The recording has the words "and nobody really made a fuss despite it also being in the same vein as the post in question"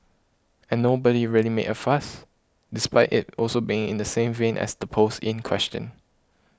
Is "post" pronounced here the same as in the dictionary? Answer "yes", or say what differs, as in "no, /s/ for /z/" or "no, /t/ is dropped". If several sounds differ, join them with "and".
no, /t/ is dropped